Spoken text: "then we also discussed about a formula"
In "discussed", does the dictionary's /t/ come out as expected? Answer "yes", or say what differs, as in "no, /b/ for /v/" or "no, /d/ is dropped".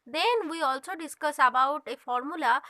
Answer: no, /t/ is dropped